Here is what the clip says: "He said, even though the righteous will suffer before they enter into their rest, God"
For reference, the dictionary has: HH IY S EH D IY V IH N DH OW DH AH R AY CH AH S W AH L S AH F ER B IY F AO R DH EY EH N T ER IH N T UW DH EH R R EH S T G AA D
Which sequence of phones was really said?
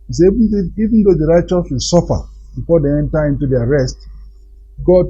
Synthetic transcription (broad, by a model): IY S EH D IY V IH N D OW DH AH R AY CH AH S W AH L S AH F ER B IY F AO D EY EH N T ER IH N T UW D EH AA R EH S T G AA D